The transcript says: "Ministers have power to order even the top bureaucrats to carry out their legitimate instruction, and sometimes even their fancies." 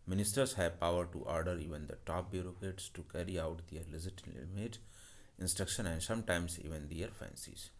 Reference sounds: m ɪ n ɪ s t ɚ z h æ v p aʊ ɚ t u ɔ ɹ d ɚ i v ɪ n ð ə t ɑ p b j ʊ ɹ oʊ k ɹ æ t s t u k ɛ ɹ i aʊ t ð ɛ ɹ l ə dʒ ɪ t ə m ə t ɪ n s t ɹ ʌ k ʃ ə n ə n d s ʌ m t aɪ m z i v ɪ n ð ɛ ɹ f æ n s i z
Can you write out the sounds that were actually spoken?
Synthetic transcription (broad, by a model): m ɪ n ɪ s t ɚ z h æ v p aʊ ɚ t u ɔ ɹ d ɚ i v ɪ n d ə t ɑ p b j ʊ ɹ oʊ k ɛ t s t u k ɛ ɹ i aʊ t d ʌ ɹ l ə z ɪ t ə m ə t ɪ n s t ɹ ʌ k ʃ ə n ə n d s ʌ m t aɪ m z i v ɪ n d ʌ ɹ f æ n s i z